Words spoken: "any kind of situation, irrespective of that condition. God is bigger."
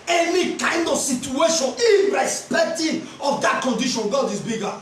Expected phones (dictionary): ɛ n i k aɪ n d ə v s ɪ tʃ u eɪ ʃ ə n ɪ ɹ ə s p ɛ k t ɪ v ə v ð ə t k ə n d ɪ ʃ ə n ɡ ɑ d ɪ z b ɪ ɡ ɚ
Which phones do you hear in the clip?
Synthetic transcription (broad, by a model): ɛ n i k aɪ n d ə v s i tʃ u eɪ ʃ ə n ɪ ɹ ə s p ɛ k t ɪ ə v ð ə t k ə n d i ʃ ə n ɡ ɑ d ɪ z b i ɡ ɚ